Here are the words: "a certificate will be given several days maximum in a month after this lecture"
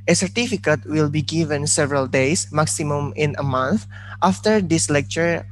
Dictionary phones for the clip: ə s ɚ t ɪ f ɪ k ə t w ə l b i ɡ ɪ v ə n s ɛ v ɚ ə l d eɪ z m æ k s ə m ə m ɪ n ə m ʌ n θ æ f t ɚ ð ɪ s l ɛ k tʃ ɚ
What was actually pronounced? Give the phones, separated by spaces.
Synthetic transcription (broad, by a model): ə s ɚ t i f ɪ k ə t w ə l b i ɡ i v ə n s ɛ v ɚ ə l d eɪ s m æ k s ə m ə m ɪ n ə m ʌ n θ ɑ f t ɚ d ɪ s l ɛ k tʃ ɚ